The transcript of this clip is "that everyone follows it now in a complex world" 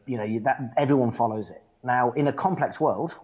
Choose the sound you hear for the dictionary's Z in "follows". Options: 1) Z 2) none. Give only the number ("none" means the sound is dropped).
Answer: 1